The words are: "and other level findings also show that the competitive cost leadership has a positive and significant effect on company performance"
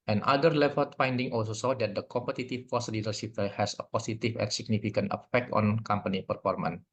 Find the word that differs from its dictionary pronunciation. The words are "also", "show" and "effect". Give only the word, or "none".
show